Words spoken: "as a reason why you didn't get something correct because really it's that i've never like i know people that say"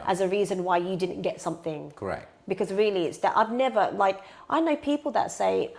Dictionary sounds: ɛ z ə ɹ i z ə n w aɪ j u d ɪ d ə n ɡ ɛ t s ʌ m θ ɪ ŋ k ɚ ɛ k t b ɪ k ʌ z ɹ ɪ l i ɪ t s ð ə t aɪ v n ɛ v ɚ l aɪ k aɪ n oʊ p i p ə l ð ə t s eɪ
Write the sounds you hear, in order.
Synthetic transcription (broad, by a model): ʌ z ə ɹ i z ə n w aɪ j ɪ d ɪ d n ɡ ɛ t s ʌ m θ ɪ ŋ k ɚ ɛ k b ɪ k ʌ z ɹ ɪ l i ɪ t s ð ə t aɪ v n ɛ v ɚ l aɪ k aɪ n oʊ p i p l ð ə t s eɪ